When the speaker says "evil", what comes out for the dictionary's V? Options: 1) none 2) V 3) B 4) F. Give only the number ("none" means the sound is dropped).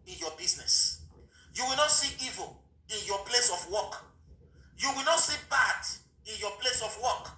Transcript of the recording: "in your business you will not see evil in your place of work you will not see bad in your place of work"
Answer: 2